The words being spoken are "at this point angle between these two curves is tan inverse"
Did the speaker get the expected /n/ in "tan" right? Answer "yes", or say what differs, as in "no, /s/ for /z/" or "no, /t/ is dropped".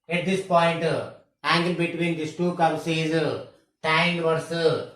no, /n/ is dropped